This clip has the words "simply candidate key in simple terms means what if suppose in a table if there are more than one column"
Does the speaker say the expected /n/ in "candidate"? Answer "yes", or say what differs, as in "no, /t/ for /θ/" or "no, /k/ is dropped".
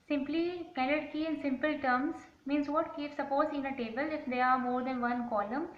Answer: no, /l/ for /n/